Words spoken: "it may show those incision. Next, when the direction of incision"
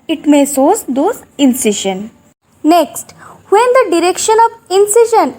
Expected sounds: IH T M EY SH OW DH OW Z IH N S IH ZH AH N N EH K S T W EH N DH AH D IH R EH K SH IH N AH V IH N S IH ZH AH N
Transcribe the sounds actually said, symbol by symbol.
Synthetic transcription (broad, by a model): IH T M EY S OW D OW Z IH N S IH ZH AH N N EH K S T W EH N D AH D IH R EH K SH IH N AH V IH N S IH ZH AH N